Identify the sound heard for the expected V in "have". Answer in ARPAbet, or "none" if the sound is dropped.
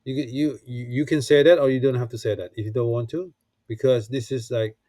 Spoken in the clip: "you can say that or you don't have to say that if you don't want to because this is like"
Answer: F